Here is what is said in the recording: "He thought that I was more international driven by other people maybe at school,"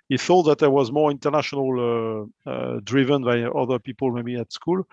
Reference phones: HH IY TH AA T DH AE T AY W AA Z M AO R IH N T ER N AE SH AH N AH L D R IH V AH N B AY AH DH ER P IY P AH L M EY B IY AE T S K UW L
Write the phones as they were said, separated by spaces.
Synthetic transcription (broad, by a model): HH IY TH AA T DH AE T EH W AA Z M AO R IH N T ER N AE SH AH N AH L D R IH V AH N B AY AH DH ER P IY P AH L M EY B IY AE T S K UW L